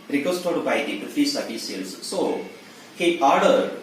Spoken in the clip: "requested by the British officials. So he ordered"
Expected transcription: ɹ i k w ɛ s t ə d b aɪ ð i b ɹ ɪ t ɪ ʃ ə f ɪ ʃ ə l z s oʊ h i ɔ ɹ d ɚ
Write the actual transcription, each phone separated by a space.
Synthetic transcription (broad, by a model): ɹ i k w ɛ s t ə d b aɪ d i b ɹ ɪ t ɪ s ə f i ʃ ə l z s oʊ h i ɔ ɹ d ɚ